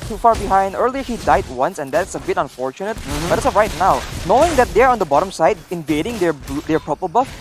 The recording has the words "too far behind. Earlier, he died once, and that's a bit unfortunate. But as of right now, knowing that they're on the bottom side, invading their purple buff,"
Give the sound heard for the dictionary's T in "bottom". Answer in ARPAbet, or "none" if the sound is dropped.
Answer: T